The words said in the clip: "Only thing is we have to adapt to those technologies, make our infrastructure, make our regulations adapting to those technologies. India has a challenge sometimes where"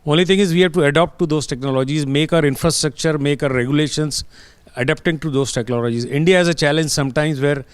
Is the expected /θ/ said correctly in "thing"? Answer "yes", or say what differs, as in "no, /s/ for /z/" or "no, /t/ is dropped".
no, /t/ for /θ/